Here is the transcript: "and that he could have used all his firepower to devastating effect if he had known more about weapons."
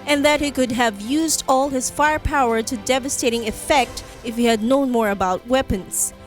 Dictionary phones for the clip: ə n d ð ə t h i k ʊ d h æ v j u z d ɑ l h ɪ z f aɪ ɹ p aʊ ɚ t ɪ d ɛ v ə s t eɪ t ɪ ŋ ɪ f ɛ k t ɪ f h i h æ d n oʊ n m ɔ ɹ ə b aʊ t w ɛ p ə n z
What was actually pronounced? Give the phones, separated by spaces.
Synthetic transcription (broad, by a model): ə n ð ə t h i k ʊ d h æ v j u z d ɑ l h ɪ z f aɪ ɹ p aʊ ɚ t ɪ d ɛ v ə s t eɪ t ɪ ŋ ɪ f ɛ k t ɪ f h i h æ d n oʊ n m ɔ ɹ ə b aʊ t w ɛ p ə n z